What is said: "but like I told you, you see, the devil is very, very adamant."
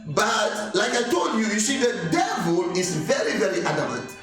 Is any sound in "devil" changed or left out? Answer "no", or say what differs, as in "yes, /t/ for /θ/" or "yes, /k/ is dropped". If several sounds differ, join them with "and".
no